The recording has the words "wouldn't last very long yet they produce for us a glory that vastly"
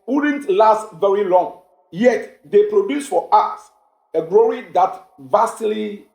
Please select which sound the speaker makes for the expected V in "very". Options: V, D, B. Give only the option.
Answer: V